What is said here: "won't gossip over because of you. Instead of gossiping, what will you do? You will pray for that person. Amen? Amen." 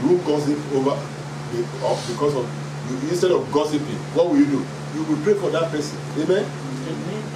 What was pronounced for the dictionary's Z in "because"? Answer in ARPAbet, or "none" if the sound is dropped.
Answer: S